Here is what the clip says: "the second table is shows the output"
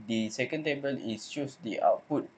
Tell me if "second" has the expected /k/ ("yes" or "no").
yes